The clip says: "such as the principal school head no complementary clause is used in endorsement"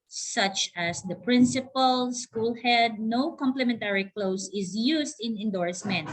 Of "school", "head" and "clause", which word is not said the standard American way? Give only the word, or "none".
clause